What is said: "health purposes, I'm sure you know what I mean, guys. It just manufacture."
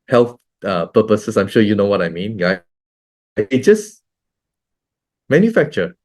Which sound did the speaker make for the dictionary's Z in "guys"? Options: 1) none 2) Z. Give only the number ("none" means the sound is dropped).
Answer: 1